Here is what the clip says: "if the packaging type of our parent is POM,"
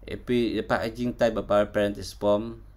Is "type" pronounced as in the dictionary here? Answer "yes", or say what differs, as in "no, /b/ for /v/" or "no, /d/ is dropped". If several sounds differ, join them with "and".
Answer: no, /b/ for /p/